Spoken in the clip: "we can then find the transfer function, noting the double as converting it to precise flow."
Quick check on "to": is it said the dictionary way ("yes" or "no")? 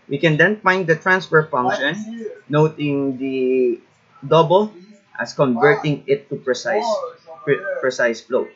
no